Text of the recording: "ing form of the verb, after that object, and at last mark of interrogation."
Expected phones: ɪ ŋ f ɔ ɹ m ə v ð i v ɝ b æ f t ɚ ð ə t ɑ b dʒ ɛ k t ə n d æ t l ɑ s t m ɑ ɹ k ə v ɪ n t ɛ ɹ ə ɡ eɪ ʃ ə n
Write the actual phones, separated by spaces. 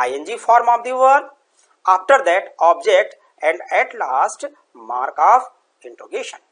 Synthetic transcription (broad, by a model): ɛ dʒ f ɔ ɹ m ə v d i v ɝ ɑ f t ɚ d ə t ɑ b dʒ ɛ k t ə n d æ t l ɑ s t m ɑ ɹ k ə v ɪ n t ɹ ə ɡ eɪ ʃ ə n